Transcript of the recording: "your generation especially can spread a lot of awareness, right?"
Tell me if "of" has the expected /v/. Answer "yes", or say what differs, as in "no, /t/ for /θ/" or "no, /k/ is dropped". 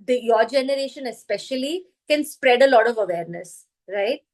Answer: yes